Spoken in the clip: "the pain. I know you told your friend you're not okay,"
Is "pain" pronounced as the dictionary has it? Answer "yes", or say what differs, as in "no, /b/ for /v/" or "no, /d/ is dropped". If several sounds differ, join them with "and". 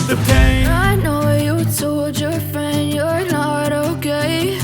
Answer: no, /n/ is dropped